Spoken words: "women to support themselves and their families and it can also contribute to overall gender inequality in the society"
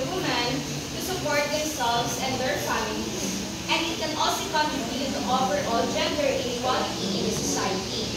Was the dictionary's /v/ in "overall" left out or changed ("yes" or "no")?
yes